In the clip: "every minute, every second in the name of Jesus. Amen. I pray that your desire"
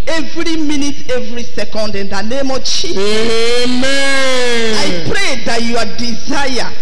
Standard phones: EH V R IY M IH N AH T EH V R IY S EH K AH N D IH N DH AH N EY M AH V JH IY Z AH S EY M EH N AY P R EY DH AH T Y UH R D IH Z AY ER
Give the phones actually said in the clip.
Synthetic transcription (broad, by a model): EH V R IY M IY N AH T EH V R IY S EH K AH N D IH N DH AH N EY M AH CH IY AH EY M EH AY P R EY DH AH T Y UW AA D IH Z AY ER